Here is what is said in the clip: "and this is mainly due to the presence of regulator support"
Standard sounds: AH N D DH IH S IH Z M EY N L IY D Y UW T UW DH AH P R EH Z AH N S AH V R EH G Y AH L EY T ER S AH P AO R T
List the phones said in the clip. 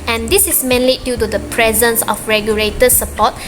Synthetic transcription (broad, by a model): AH N D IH S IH S M EY N L IY D Y UW T UW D AH P R EH Z AH N S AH F R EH G Y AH L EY T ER S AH P AO T